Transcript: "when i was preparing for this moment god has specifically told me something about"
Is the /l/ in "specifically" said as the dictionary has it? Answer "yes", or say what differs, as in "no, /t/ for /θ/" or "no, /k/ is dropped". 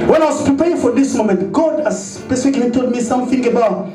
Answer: no, /n/ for /l/